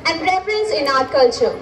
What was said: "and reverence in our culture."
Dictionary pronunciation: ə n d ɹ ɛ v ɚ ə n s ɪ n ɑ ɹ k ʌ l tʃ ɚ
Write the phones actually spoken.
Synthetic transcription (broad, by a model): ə n d ɹ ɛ f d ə n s ɪ n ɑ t k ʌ l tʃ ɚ